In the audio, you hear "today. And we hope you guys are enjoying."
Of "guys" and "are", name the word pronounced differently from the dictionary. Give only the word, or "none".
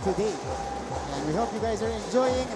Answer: none